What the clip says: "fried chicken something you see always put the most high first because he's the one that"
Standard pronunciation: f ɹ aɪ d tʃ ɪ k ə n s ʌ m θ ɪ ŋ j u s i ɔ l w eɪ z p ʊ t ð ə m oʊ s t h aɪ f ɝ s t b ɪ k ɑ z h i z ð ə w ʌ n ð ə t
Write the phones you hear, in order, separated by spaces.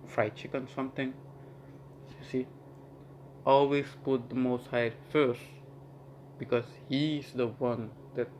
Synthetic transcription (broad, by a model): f ɹ aɪ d tʃ ɪ k ə n s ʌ m t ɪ ŋ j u s i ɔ l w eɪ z p ʊ t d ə m oʊ s t h aɪ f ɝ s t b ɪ k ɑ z h i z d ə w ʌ n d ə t